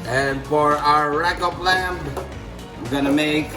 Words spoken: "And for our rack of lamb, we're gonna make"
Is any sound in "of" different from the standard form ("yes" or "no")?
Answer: yes